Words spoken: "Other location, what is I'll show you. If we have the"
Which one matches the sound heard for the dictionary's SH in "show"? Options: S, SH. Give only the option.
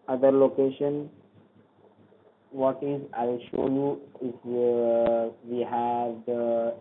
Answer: SH